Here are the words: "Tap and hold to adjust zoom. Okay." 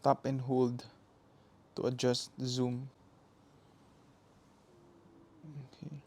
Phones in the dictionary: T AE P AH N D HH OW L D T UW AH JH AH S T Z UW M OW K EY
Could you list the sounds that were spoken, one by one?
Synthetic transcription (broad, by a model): T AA P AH N HH OW L D T UW AH JH AH S T Z UW M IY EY